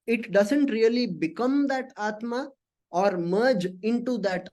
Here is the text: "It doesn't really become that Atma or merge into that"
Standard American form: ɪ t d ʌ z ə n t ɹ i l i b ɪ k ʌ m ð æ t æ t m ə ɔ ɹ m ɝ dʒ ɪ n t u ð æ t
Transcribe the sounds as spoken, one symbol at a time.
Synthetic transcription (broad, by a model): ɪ t d ʌ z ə n t ɹ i l i b ɪ k ʌ m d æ t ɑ t m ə ɔ ɹ m ɝ dʒ ɪ n t u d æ t